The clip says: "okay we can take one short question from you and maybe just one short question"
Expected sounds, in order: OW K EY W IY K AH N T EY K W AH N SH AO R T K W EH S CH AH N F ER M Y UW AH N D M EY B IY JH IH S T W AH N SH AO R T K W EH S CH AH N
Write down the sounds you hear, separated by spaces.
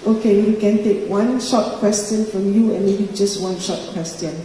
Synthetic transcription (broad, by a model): OW K EY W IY K AH N T EY K W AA N SH AO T K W EH S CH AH N F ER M Y UW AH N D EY IY JH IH S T W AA N SH AO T K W EH S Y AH N